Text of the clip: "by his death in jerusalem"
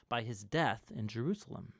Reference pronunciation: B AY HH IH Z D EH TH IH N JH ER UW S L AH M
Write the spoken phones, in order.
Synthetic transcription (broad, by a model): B AY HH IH Z D EH TH IH N JH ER UW S L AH M